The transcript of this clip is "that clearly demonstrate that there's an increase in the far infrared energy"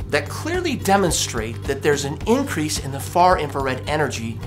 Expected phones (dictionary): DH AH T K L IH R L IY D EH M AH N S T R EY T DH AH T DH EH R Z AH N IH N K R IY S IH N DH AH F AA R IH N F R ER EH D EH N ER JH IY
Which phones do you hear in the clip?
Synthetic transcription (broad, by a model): DH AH T K L IH R L IY D EH M AH N S T R EY T DH AH T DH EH R Z AH N IH N K R IY S IH N DH AH F AA R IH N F ER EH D EH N ER JH IY